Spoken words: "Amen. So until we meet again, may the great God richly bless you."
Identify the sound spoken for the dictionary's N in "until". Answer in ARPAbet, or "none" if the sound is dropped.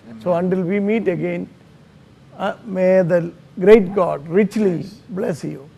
N